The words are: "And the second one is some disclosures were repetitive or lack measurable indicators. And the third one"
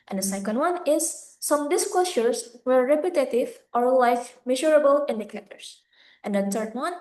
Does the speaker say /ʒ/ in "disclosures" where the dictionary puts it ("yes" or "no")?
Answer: no